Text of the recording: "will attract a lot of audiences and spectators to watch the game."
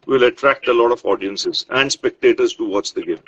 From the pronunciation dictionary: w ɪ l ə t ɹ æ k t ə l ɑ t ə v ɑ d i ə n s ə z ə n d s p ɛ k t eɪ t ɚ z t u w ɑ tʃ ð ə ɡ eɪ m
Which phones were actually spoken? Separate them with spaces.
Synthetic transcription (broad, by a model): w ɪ l ə t ɹ æ k t ə l ɑ t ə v ɑ d i ə n s ə z ə n d s p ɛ k t eɪ t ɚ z t u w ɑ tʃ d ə ɡ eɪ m